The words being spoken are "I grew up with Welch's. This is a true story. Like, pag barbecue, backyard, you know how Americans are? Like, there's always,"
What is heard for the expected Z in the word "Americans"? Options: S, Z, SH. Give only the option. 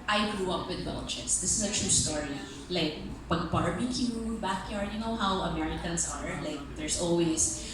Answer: S